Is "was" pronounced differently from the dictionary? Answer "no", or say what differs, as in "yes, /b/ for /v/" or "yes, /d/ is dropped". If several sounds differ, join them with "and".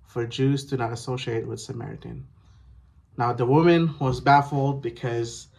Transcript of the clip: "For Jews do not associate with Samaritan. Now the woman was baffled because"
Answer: no